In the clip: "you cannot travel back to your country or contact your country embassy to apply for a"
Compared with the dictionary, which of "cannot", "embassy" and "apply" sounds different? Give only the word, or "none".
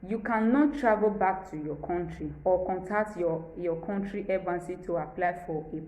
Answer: embassy